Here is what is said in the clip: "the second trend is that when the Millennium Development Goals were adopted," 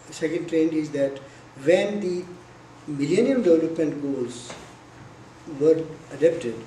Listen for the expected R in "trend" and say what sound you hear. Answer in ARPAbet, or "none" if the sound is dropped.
R